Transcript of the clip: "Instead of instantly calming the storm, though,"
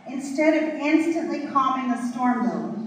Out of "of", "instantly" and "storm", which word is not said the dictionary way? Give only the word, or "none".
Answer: none